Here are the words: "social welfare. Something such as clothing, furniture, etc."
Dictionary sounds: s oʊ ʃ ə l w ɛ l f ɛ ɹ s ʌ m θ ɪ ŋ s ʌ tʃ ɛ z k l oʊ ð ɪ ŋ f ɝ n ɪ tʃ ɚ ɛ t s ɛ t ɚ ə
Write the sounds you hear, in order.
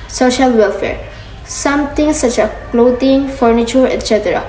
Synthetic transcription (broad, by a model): s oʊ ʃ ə l w ɛ l f ɛ ɹ s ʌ m t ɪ ŋ s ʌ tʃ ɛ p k l oʊ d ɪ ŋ f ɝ n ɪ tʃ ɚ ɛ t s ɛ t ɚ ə